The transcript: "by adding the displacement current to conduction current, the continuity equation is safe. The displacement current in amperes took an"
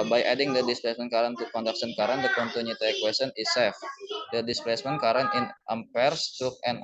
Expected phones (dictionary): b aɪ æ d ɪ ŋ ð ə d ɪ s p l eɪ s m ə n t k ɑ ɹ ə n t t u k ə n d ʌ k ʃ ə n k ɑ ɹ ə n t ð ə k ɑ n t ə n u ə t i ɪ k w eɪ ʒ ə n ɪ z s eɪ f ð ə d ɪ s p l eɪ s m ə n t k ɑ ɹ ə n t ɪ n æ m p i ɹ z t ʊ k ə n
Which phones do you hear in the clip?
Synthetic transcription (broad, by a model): b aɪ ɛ d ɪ ŋ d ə d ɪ s p l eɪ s m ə n k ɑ ɹ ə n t t u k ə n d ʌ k s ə n k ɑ ɹ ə n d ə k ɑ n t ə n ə t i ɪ k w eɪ s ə n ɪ s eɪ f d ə d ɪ s p l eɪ s m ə n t k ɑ ɹ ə n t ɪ n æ m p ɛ ɹ s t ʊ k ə n